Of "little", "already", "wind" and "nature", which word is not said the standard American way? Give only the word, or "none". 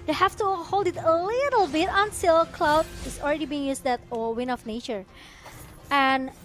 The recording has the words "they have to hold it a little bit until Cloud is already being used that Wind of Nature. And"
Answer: wind